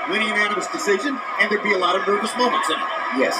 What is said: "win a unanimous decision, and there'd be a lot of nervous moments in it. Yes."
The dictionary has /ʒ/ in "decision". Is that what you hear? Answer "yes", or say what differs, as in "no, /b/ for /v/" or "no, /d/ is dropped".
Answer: yes